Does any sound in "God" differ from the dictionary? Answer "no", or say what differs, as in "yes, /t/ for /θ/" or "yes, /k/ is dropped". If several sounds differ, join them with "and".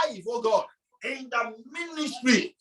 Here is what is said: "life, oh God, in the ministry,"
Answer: yes, /d/ is dropped